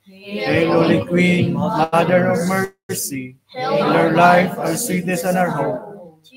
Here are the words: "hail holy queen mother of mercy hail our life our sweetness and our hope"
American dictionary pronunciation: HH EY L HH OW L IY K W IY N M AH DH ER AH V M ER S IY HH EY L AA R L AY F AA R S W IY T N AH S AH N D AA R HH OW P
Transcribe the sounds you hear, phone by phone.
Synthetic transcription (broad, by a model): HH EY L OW L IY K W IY N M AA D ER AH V M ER S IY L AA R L AY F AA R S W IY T AH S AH N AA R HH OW